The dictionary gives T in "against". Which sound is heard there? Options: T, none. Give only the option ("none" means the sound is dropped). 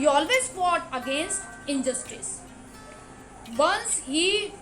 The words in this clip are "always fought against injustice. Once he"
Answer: T